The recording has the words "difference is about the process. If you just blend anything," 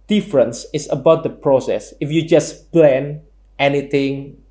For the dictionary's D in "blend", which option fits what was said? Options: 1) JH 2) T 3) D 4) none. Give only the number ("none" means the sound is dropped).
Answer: 4